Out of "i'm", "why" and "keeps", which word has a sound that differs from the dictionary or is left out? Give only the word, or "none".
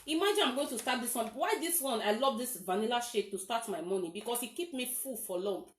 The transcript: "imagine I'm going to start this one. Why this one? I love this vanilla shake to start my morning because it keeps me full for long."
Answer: keeps